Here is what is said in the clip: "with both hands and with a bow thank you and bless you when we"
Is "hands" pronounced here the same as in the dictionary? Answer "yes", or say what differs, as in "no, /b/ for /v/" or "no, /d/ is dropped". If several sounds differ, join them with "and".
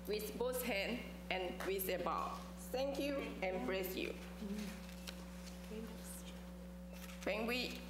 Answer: no, /z/ is dropped